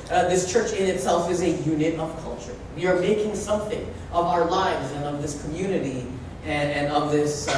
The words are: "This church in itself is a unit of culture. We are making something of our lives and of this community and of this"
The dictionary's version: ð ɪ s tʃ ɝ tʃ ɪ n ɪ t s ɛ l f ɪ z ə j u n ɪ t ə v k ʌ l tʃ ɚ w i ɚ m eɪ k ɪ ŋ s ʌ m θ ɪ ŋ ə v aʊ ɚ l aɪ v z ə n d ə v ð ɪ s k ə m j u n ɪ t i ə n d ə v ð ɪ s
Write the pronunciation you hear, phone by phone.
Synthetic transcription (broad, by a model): ð ɪ s tʃ ɝ tʃ ɪ n ɪ t s ɛ l f ɪ z ə j u n ɪ t ə v k ʌ l tʃ ɚ w i ɚ m eɪ k ɪ ŋ s ʌ m θ ɪ ŋ ə v aʊ ɚ l aɪ v z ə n ə v ð ɪ s k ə m j u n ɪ t i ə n ə v ð ɪ s